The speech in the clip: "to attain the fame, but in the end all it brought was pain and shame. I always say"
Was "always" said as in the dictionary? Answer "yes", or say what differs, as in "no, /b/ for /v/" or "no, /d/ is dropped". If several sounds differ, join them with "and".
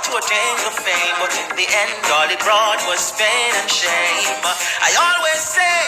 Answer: yes